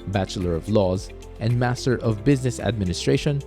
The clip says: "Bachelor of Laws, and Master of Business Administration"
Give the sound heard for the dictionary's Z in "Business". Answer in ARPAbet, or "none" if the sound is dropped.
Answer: Z